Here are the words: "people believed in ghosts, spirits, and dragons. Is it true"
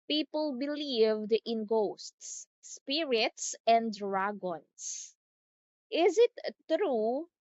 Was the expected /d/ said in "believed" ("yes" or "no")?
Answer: yes